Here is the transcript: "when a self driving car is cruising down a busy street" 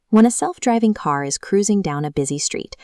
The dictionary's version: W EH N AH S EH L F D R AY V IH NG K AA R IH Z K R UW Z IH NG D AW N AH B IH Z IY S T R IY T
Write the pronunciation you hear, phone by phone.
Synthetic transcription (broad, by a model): W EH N AH S EH L F D R AY V IH NG K AA R IH Z K R UW Z IH NG D AW N AH B IH Z IY S T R IY T